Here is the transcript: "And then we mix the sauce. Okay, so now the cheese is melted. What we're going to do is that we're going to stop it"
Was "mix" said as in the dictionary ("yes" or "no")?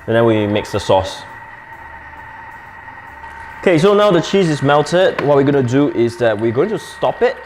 yes